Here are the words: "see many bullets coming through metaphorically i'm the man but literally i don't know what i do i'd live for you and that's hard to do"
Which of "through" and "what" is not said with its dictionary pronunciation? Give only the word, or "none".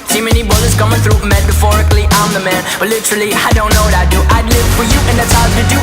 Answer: none